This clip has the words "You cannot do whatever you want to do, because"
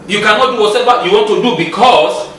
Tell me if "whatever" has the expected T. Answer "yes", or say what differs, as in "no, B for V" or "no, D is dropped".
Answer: no, S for T